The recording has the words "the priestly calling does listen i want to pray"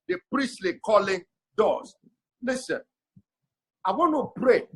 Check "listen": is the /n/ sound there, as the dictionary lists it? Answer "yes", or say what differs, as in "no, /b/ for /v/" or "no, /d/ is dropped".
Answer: yes